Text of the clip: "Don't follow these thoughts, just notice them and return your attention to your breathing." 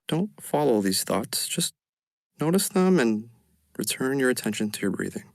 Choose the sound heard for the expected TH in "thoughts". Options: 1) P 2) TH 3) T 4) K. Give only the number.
2